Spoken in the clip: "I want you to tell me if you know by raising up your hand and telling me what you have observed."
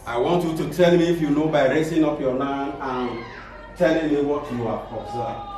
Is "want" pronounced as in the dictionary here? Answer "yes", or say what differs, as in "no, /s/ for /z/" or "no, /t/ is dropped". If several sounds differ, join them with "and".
yes